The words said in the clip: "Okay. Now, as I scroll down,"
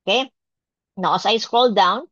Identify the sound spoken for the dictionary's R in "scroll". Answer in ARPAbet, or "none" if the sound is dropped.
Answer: R